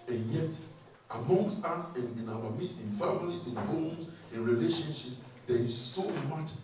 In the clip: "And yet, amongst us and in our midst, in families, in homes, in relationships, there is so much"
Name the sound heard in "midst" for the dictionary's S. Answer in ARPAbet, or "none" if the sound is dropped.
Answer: none